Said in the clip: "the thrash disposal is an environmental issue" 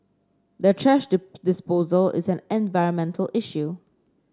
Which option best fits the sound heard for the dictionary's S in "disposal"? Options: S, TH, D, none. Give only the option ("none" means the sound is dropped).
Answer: S